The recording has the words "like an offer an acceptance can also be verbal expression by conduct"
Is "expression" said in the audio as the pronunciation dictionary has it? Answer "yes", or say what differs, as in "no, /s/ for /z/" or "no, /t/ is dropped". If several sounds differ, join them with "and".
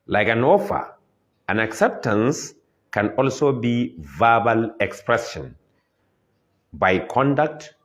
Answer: no, /s/ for /ʃ/